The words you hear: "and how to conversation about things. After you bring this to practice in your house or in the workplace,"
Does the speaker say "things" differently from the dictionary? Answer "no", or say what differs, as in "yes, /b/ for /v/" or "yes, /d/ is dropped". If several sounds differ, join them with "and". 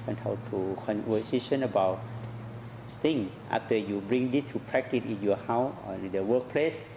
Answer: yes, /t/ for /θ/